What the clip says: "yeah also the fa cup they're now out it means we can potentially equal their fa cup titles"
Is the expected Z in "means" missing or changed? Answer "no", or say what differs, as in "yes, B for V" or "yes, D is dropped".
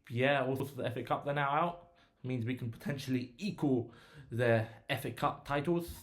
no